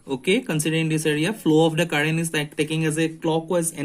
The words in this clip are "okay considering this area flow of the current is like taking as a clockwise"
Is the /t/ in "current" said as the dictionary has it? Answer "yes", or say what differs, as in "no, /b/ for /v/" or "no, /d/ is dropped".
no, /t/ is dropped